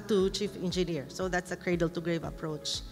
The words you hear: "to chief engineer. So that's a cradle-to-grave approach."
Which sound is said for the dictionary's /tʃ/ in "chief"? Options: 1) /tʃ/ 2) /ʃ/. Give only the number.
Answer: 1